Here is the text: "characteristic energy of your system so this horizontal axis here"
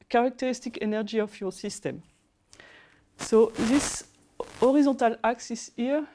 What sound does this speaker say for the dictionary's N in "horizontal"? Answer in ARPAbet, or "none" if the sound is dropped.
none